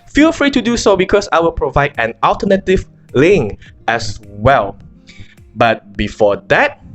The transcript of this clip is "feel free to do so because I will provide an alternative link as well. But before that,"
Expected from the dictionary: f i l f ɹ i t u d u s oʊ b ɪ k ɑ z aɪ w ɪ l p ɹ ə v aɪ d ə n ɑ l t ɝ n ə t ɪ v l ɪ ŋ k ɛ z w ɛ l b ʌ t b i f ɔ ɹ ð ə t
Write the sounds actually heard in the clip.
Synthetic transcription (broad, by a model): f i l f ɹ i t u d u s oʊ b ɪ k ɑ s aɪ w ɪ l p ɹ ə v aɪ d ə n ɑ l t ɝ n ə t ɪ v l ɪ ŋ ɛ s w ɛ l b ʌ t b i f ɔ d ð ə t